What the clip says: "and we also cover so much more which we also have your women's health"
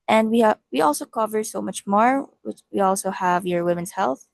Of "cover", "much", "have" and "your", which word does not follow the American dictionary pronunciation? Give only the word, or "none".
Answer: none